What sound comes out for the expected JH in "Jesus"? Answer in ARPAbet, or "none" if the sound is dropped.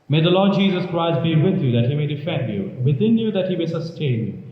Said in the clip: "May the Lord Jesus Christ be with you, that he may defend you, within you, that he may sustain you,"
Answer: JH